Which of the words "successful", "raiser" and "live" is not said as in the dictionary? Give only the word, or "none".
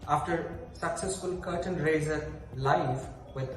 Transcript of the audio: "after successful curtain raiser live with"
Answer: live